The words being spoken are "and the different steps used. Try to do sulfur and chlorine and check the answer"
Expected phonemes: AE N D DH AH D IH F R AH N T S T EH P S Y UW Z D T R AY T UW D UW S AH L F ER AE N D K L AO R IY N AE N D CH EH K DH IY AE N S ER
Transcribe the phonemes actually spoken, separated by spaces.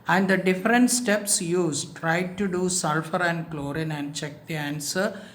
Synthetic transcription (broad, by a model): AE N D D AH D IH F R AH N T S T EH P S Y UW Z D T R AY T UW D UW S AH L F ER AE N D K L AO R IY N AE N D CH EH K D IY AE N S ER